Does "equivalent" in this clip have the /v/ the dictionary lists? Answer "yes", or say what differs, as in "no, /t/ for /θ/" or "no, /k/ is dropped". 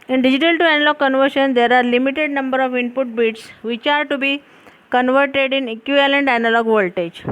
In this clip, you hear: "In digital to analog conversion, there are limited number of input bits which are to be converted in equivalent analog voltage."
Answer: no, /v/ is dropped